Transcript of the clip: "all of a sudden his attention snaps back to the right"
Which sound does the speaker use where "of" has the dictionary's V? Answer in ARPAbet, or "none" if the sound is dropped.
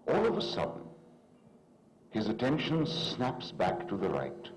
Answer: V